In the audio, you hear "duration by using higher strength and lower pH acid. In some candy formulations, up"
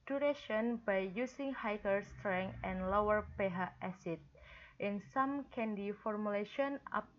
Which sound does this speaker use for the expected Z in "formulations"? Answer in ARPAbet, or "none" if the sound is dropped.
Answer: none